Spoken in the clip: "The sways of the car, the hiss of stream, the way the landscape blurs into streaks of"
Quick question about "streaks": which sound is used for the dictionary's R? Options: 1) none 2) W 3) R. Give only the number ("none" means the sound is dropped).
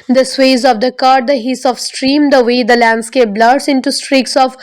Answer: 3